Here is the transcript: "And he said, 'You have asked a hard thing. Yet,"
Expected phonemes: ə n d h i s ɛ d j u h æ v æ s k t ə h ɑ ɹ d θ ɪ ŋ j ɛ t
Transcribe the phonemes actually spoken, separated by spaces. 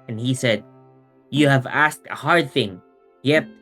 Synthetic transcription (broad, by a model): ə n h i s ɛ d j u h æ v æ s k t ə h ɑ ɹ d θ ɪ ŋ j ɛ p